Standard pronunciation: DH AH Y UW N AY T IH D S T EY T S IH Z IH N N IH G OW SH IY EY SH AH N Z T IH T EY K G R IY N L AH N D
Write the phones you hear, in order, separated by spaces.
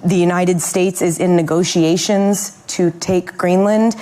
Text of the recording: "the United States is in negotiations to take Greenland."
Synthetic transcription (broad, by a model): DH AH Y UW N AY T IH D S T EY T S IH Z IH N N IH G OW SH IY EY SH AH N Z T IH T EY K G R IY N L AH N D